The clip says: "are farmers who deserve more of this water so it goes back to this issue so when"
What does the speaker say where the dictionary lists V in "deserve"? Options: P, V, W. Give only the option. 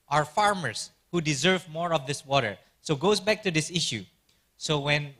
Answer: V